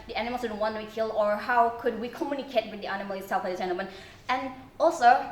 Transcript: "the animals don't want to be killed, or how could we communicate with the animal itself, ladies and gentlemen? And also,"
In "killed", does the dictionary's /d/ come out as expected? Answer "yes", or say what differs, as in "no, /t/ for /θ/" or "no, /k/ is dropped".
no, /d/ is dropped